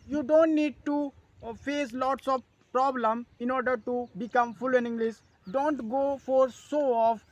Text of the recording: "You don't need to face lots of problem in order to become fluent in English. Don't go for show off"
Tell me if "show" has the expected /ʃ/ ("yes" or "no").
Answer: no